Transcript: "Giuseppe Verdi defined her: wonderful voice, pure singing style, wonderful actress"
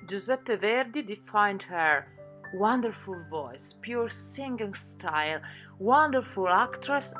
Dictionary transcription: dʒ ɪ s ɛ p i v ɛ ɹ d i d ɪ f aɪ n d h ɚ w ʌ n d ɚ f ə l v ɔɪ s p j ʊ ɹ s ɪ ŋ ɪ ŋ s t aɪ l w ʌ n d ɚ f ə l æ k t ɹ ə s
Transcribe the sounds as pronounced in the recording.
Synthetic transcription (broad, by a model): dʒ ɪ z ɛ p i v ɛ ɹ d i d ɪ f aɪ n d h ɚ w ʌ n d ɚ f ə l v ɔɪ s p j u ɹ s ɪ ŋ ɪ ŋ s t aɪ l w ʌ n d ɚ f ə l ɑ k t ɹ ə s